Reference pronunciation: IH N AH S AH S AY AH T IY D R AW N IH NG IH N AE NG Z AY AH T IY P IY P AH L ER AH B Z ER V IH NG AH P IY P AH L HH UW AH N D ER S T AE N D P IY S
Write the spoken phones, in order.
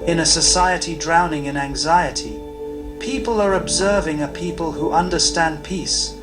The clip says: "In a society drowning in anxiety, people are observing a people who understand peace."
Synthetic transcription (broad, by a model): IH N AH S AH S AY AH T IY D R AW N IH NG IH N AE NG Z AY AH T IY P IY P AH L ER AH B Z ER V IH NG AH P IY P AH L HH UW AH N D ER S T AE N P IY S